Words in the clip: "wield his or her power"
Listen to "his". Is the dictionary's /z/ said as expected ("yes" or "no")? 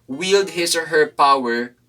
no